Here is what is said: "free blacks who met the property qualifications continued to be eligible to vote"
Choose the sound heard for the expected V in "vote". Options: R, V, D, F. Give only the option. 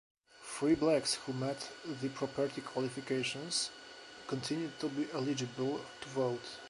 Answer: V